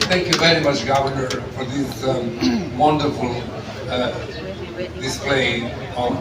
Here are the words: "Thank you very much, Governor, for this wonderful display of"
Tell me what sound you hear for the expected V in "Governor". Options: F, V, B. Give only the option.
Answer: V